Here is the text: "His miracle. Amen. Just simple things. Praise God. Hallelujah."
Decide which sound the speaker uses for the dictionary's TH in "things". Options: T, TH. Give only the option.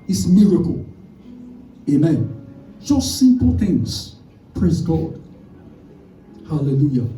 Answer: TH